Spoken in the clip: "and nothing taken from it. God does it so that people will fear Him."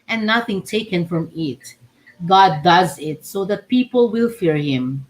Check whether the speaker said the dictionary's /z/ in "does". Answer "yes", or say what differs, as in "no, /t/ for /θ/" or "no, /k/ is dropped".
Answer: yes